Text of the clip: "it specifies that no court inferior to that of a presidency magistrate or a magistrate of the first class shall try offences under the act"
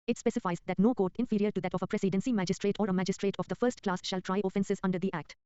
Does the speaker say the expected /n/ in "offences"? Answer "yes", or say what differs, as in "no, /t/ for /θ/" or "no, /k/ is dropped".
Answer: yes